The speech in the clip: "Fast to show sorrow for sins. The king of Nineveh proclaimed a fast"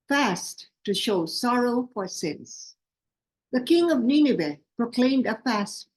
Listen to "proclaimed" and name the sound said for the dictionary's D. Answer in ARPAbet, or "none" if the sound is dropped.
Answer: D